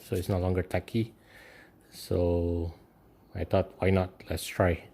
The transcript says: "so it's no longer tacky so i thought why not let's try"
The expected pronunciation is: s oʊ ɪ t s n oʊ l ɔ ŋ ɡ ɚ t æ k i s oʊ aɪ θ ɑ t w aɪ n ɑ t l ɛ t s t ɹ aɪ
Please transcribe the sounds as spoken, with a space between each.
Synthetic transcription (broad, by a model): s oʊ ɪ t s n oʊ l ɔ ŋ ɡ ɚ t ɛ k i s oʊ aɪ t ɑ t w aɪ n ɑ t l ɛ t s t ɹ aɪ